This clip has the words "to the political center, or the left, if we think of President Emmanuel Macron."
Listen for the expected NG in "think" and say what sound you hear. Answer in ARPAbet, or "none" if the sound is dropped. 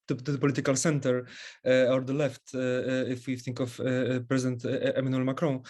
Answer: NG